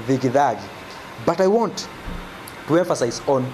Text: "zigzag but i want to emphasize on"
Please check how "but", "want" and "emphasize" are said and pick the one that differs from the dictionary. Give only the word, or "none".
none